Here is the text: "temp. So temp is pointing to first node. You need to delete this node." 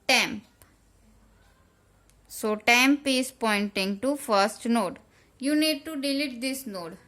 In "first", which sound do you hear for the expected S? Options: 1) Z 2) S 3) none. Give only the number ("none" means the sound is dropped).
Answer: 2